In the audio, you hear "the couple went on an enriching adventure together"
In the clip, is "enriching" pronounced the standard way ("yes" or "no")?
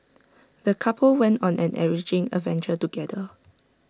no